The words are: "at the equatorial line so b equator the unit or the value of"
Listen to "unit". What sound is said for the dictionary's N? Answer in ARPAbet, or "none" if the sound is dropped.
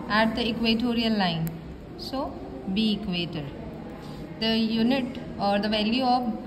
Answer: N